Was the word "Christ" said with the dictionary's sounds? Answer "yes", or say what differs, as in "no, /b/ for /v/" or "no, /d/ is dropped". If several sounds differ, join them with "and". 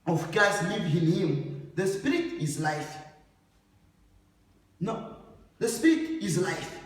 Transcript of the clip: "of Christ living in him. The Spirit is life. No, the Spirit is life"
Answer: no, /ɹ/ is dropped